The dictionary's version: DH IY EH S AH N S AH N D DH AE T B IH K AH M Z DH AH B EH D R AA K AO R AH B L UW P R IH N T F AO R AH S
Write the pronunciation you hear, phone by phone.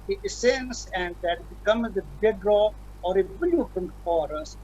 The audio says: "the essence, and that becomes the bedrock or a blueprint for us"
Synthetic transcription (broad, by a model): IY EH S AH N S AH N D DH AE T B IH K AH M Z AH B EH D R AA AO R AH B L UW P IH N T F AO R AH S